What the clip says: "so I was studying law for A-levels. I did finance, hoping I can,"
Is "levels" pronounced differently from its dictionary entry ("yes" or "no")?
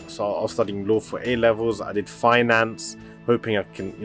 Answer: no